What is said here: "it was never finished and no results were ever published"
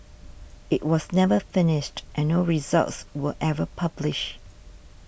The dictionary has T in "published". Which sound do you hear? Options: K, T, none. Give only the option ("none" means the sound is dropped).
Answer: none